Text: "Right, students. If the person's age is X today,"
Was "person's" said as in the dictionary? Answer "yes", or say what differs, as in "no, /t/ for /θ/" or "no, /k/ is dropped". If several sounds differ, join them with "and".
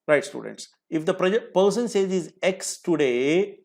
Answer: no, /s/ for /z/